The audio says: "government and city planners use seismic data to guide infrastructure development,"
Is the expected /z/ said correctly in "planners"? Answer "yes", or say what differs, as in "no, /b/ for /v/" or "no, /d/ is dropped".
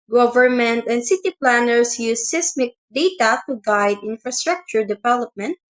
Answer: no, /s/ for /z/